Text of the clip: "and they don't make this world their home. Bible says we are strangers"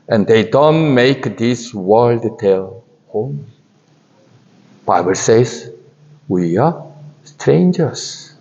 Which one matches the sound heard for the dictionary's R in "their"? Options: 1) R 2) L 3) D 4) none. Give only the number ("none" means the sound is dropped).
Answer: 2